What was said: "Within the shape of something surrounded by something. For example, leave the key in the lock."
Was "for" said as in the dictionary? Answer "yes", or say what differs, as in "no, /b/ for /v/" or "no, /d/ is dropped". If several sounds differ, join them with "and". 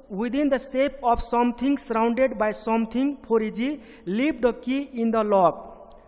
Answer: no, /p/ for /f/